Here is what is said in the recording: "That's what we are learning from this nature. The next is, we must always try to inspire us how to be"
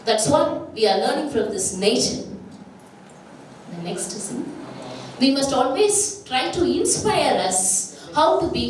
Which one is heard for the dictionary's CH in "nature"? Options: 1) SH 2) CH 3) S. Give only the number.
1